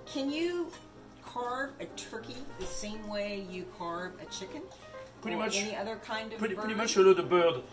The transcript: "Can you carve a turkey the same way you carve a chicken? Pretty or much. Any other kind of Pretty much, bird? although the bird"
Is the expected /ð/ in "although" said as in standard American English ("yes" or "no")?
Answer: no